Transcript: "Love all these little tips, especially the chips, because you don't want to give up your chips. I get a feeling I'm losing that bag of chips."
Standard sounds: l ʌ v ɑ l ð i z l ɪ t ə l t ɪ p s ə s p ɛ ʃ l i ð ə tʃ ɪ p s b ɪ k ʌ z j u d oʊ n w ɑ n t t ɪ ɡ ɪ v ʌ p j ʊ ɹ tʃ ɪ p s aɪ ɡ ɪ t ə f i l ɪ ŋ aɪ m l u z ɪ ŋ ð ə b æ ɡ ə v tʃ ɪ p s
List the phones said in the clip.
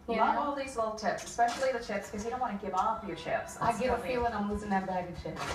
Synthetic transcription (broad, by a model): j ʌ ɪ ɑ l ð i z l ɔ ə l t ɪ p s ə s p ɛ ʃ l i ð ə tʃ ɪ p s k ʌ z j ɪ d oʊ n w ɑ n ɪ ɡ ɪ v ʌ f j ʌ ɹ tʃ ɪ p s aɪ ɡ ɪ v ə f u w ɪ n aɪ m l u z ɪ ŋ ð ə b æ ɡ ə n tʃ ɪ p